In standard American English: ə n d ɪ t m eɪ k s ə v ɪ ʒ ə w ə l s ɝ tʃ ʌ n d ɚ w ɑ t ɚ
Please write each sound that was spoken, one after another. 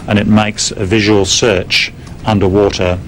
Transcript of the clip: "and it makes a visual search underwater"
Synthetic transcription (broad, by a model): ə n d ɪ t m eɪ k s ə v ɪ ʒ ə w ə l s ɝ tʃ ʌ n d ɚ w ɑ t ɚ